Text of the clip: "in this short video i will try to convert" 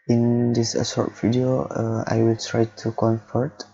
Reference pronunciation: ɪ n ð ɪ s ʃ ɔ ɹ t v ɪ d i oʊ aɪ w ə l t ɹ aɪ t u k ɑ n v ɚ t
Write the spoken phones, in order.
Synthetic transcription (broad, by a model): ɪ n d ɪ s s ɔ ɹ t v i d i oʊ aɪ w ə l t ɹ aɪ t u k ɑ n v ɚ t